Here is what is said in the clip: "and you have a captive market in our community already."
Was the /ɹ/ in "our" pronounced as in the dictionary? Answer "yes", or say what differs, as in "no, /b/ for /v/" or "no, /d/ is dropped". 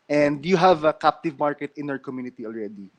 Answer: yes